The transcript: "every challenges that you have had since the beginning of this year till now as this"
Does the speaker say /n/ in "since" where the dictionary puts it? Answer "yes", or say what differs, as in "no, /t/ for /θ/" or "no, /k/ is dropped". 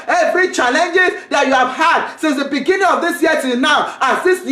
yes